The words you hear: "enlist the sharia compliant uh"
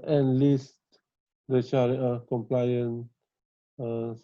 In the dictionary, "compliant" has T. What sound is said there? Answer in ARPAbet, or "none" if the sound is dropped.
none